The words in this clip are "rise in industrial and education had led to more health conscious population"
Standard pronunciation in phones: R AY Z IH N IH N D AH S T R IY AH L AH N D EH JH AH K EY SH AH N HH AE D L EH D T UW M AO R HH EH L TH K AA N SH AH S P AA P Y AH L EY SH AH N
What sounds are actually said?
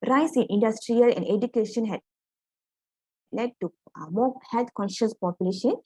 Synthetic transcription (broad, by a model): R AY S IH N IH N D AH S T R IY AH L AH N D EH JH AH K EY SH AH N HH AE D L EH D T UW M AO HH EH L T K AA N SH AH S P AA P Y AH L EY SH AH N